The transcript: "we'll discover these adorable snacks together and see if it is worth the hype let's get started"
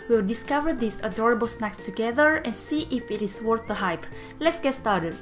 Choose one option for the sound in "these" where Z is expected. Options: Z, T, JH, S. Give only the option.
S